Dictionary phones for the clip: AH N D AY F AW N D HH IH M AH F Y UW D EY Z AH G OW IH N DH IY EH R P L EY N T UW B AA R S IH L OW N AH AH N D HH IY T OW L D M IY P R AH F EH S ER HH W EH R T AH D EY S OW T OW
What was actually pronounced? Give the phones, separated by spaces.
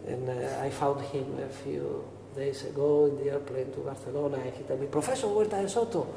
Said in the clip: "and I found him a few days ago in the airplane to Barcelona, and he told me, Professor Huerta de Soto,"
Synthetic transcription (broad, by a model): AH N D AY F AW N D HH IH M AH F Y UW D EY S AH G OW IH N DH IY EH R P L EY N T UW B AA R TH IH L OW N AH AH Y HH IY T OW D M IY P R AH F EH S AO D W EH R T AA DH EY S OW T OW